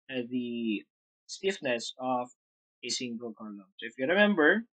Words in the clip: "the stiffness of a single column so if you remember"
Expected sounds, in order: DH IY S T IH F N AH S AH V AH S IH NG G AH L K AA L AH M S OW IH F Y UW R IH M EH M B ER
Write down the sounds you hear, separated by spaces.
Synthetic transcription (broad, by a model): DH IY S T IH F N AH S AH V AH S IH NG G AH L K AA L AH M S OW IH F Y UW R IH M EH M B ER